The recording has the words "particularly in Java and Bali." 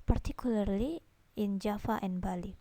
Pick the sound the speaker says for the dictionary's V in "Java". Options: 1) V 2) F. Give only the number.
2